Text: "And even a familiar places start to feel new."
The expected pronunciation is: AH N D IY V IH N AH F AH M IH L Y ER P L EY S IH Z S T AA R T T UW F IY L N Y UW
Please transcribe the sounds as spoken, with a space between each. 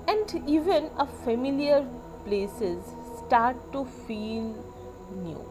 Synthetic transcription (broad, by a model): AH N D IY V IH N AH F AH M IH L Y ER P L EY S IH Z S T AA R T T UW F IY L N Y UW